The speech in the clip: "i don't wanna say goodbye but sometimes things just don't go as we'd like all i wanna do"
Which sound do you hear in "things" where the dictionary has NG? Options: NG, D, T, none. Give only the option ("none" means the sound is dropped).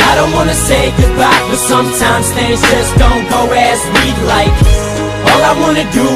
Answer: none